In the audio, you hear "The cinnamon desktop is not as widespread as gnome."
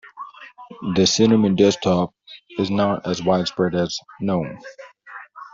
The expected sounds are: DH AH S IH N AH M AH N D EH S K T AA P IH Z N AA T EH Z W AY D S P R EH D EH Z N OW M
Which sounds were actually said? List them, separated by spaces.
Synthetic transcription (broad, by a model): DH AH S IH N AH M AH N D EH S T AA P IH Z N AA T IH Z W AY D S P R EH D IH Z N OW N